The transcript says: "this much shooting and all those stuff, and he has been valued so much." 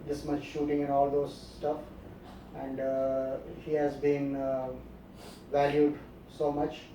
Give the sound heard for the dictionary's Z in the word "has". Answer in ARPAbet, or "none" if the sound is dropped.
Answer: Z